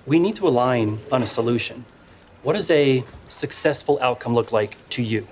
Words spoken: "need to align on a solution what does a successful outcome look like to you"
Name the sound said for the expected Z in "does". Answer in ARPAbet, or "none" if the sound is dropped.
Z